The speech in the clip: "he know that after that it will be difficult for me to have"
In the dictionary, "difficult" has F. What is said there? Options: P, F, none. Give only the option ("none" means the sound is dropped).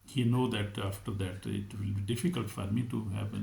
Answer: F